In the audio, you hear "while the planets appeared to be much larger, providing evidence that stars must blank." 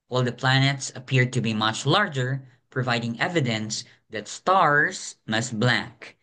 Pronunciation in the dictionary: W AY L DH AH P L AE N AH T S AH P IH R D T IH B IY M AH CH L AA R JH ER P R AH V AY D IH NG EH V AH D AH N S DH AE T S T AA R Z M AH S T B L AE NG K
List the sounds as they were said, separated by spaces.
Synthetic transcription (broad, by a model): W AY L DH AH P L AE N AH T S AH P IH R D T IH B IY M AH CH L AA R JH ER P R AH V AY D IH NG EH V AH D AH N S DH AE T S T AA R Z M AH S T B L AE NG K